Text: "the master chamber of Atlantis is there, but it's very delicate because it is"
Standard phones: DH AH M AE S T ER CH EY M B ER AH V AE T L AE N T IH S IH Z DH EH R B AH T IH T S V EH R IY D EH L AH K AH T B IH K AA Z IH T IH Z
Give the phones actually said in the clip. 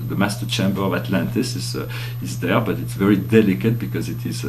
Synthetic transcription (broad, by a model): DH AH M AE S T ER CH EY M B ER AH V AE T L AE N T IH S IH Z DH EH R B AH T IH T S V EH R IY D EH L AH K AH T B IH K AA Z IH T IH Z